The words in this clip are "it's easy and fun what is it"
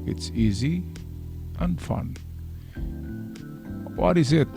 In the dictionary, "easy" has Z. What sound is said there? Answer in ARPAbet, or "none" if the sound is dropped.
Z